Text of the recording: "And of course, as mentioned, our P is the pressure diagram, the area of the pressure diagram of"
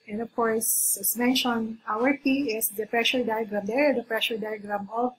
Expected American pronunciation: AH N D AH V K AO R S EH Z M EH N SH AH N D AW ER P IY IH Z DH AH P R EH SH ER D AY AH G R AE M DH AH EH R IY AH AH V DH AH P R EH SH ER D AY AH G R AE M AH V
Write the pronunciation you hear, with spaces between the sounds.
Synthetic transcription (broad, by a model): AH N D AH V K AO R S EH S M EH N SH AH N AW ER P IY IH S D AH P R EH SH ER D AY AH G R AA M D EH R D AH P R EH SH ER D AY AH G R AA M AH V